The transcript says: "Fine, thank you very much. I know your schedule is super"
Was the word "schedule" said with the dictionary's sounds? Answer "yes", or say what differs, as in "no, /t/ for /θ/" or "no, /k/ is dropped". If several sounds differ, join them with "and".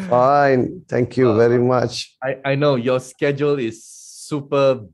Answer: yes